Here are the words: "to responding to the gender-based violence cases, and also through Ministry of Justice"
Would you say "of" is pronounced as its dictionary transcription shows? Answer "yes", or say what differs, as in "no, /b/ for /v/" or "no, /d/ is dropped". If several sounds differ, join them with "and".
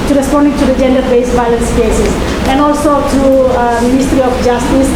no, /f/ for /v/